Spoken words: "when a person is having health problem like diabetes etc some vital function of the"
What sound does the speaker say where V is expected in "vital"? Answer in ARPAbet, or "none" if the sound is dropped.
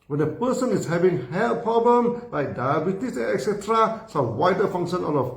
W